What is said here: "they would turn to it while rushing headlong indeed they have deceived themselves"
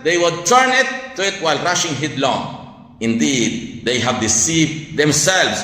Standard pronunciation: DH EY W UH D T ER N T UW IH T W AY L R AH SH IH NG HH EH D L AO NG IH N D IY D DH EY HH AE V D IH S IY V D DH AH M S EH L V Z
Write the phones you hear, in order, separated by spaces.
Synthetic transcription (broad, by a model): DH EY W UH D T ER N T UW IH T W AY L R AH SH IH NG HH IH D L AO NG IH N D IY D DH EY HH AE V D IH S IY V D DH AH M S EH L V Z